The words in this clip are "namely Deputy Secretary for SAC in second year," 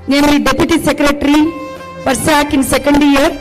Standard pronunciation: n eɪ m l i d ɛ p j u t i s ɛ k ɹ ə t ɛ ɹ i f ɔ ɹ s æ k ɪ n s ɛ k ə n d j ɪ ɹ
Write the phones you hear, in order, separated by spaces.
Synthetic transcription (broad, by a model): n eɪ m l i d ɛ p j u t i s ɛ k ɹ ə t ɹ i p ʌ ɹ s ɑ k ɪ n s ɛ k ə n d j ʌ ɹ